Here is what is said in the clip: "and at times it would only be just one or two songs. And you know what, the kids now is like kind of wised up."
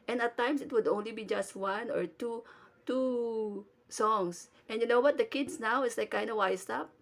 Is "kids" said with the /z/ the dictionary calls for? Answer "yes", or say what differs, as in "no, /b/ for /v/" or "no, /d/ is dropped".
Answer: no, /s/ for /z/